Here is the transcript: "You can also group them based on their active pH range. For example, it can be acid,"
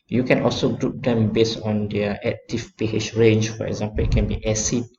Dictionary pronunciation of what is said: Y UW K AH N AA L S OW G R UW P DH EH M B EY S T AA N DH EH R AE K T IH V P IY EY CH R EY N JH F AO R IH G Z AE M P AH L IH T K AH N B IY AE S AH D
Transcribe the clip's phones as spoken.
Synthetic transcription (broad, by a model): Y UW K AH N AA L S OW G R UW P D EH M B EY S AA N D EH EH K T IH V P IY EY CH R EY N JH F AO R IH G Z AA M P AH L IH T K AH N B IY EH S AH